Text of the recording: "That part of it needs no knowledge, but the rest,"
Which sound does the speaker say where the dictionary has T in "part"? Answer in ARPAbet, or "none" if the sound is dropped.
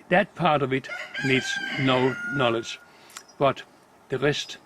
T